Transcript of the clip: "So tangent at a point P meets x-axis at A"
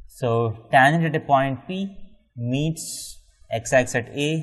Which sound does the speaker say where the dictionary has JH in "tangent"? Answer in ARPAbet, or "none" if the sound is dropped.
none